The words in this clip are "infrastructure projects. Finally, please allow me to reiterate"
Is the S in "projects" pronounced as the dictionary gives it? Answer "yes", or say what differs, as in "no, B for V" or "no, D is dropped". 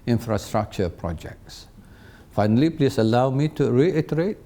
yes